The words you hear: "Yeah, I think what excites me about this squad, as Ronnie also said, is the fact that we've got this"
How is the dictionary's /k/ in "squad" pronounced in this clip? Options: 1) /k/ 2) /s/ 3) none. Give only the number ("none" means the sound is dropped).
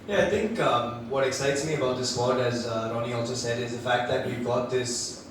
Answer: 3